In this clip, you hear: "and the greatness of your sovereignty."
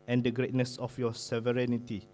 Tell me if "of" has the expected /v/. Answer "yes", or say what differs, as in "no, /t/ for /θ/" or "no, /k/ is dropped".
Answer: no, /f/ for /v/